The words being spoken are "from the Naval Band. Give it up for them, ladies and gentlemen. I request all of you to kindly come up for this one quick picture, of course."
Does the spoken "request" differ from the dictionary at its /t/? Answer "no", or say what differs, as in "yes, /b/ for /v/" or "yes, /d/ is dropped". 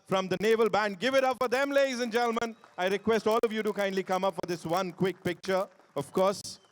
no